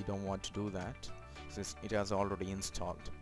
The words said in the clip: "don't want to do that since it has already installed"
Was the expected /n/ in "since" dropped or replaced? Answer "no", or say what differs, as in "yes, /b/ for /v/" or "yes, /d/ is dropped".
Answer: yes, /n/ is dropped